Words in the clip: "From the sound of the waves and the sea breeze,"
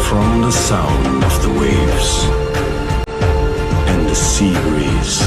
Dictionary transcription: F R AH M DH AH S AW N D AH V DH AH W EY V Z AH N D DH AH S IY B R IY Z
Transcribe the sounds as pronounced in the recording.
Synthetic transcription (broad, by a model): F R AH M DH AH S AW N D AH V DH AH W EY V Z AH N DH AH S IY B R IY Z